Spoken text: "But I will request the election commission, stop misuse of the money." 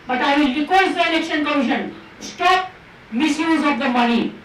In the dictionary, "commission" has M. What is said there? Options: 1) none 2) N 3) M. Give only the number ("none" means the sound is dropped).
1